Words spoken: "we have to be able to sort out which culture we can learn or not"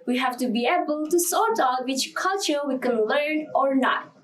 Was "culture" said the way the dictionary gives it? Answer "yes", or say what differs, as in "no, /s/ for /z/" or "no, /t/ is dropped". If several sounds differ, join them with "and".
yes